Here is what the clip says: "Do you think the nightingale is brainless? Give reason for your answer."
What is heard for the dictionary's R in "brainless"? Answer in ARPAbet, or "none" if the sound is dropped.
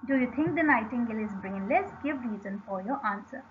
R